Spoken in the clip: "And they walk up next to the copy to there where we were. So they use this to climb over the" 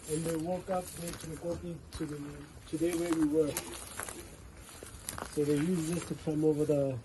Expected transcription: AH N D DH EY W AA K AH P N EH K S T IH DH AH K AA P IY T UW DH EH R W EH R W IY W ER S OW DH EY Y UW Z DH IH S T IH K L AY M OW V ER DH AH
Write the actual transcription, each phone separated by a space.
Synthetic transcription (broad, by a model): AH N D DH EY W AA K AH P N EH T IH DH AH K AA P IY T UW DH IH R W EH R W IY W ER S OW DH EY Y UW Z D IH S T IH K AY M OW V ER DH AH